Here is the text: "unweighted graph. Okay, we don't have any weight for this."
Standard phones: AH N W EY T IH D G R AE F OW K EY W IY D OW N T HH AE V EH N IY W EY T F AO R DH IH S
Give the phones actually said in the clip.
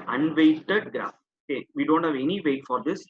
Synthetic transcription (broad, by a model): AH N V EY T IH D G AE OW K EY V IY D OW N T HH AE V EH N IY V EY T F AO R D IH S